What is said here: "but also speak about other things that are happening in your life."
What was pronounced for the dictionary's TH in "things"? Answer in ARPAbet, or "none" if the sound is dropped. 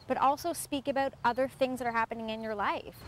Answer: TH